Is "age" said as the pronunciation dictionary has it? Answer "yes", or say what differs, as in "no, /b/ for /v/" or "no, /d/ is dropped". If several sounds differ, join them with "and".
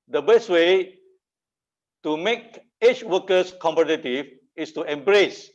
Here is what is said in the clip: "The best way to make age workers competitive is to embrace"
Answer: no, /tʃ/ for /dʒ/